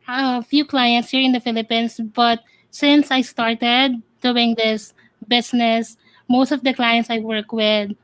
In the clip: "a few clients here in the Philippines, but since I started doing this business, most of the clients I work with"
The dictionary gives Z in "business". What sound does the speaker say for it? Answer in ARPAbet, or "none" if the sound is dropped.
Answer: S